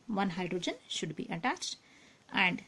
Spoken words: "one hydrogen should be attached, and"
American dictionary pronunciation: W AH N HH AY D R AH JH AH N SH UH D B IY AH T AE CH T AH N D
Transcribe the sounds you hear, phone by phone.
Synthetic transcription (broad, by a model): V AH N HH AY D R AH JH AH N SH UH D B IY AH T AE CH T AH N D